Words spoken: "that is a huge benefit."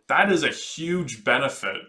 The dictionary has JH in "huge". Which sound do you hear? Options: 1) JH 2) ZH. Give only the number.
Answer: 1